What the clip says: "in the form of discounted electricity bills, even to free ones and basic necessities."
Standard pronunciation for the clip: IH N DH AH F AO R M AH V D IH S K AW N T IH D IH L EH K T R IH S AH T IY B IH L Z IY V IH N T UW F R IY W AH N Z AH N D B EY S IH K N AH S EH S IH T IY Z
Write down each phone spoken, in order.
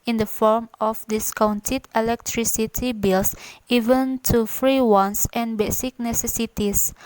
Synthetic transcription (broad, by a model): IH N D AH F AO R M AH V D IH S K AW N T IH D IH L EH K T R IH S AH T IY B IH L S IY V IH N T UW F R IY W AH N S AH N B EY S IH K N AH S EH S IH T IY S